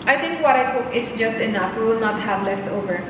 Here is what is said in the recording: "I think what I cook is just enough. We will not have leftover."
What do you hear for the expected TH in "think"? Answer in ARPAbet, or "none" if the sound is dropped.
T